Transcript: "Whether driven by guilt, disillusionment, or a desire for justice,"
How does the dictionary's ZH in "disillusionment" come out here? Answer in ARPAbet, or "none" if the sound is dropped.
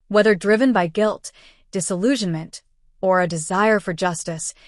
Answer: ZH